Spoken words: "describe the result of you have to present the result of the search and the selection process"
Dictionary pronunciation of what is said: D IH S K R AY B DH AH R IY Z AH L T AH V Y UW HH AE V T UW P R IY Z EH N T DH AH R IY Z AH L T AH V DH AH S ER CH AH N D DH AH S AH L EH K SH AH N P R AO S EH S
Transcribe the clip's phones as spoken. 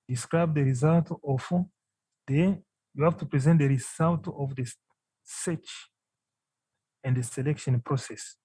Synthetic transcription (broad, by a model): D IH S K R AY B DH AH R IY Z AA L T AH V Y UW HH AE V T UW P R IY Z EH N T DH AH R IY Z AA L T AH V DH AH S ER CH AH N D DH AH S AH L EH K SH AH N P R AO S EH S